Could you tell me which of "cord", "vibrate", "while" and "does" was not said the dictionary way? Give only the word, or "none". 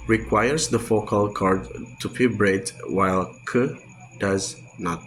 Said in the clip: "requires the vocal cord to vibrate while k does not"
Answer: vibrate